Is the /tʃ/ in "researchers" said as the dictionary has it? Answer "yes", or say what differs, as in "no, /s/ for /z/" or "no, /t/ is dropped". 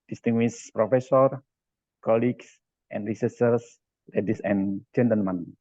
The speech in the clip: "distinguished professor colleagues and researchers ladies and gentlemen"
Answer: no, /s/ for /tʃ/